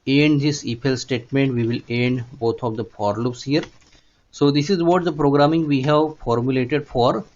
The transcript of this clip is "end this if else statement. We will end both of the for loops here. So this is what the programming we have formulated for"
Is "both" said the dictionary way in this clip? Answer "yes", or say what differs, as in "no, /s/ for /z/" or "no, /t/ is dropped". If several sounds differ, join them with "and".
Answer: no, /t/ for /θ/